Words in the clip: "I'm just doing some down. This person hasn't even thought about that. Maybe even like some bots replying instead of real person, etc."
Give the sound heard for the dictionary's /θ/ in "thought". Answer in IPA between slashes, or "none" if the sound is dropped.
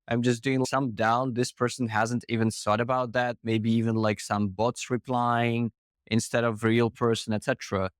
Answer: /s/